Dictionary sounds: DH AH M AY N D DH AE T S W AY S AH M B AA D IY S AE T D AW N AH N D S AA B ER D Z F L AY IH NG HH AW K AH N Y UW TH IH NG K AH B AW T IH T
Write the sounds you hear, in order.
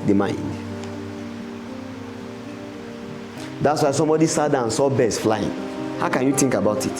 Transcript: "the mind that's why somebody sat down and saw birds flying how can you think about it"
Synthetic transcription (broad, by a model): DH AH M AY N D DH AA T S W AY S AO M B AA D IY S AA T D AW AH N S AA B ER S F L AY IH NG HH AW K AH N Y UW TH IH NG K AH B AW T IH T